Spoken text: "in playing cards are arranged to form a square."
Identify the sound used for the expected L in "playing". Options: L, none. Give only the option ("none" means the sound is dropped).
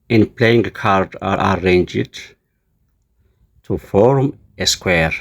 L